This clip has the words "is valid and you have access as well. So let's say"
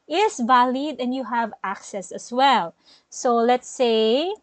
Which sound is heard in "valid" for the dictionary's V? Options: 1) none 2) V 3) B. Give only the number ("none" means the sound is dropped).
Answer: 2